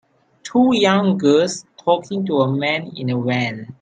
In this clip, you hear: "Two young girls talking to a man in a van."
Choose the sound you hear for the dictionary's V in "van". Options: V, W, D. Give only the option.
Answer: W